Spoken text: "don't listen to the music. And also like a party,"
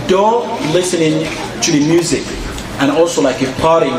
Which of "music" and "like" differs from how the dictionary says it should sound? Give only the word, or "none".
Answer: none